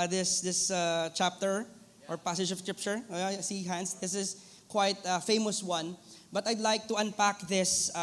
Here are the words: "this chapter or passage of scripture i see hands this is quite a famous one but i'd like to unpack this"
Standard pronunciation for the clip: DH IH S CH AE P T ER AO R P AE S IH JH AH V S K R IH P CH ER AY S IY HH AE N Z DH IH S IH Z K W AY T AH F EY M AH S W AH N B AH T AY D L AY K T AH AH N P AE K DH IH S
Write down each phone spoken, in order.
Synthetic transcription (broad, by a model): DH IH S CH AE P T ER AO R P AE S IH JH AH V S K R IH P CH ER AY S IY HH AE N S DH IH S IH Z K W AY T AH F EY M AH S W AH N B AH T AY D L AY K T AH AH N P AE K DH IH S